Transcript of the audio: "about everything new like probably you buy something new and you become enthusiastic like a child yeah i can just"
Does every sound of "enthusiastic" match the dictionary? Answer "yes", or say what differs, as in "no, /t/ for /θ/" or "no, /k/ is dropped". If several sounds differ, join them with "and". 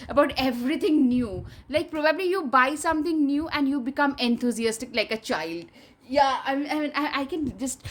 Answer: no, /t/ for /θ/